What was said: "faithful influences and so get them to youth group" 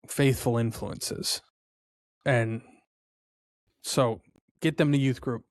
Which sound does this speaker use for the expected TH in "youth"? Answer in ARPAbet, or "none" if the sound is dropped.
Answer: TH